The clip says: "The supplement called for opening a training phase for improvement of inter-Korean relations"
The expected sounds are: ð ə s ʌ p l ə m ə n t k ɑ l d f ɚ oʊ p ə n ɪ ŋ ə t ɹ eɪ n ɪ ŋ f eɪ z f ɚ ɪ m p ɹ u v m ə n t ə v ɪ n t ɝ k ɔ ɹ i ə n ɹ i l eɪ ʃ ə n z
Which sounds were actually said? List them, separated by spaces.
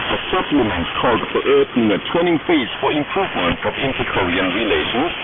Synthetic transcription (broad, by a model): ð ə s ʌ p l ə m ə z k ɑ l d f ɚ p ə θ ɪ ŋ ə t w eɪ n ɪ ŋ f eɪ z f ɚ ɪ m p ɹ u v m ə n t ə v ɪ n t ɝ k ɔ ɹ i ə n ɹ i l eɪ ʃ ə n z